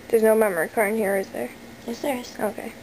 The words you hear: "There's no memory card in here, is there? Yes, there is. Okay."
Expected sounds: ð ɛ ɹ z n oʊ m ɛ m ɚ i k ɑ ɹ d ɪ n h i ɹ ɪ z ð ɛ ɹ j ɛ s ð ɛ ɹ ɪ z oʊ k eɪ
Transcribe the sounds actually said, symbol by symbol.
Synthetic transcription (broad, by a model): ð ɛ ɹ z n oʊ m ɛ m ɚ i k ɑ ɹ ɪ n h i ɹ ɪ z ð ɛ ɹ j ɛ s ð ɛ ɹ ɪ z oʊ k eɪ